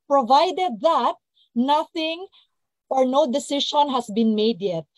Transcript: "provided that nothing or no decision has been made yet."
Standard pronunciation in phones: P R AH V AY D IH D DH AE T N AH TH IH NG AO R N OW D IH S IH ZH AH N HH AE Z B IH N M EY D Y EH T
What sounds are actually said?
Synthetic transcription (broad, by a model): P R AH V AY D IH D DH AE T N AH TH IH NG AO R N OW D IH S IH SH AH N HH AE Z B IH N M EY D Y EH T